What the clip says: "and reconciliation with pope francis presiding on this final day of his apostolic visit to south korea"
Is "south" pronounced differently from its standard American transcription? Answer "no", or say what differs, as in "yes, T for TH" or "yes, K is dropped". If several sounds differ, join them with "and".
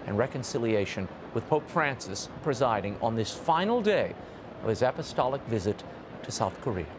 no